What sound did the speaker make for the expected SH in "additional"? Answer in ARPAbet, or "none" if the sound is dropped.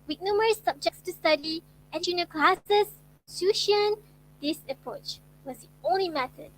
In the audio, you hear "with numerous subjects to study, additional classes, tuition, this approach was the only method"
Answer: none